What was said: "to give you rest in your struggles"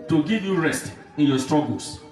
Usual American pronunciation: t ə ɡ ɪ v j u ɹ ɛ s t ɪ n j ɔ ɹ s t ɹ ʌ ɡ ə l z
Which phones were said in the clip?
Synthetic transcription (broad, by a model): t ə ɡ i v j u ɹ ɛ s t ɪ n j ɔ s t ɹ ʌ ɡ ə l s